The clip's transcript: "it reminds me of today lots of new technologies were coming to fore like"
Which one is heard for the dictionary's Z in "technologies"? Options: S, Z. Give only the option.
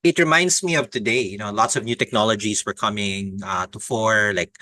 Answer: S